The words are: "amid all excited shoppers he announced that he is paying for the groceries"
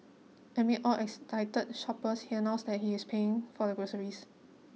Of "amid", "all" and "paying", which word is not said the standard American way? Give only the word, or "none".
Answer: amid